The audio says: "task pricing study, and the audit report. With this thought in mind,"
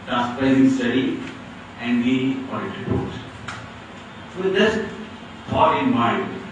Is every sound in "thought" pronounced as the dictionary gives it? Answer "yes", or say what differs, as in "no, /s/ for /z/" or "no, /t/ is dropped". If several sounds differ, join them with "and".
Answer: no, /f/ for /θ/